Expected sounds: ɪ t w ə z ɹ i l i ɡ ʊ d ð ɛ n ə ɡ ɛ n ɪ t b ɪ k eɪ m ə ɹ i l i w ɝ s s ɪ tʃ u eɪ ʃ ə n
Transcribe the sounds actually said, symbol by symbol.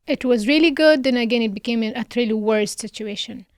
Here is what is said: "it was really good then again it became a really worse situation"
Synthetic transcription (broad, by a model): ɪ t w ə z ɹ i l i ɡ ʊ d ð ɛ n ə ɡ ɛ n ɪ t b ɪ k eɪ m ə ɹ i l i w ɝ s s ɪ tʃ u eɪ ʃ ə n